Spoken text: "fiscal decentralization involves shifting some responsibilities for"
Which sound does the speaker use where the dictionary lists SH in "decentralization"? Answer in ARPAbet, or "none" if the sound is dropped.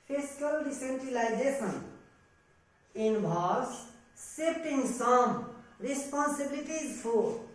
S